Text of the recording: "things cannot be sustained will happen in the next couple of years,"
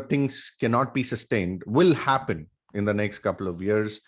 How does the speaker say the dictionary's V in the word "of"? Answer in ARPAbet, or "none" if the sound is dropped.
V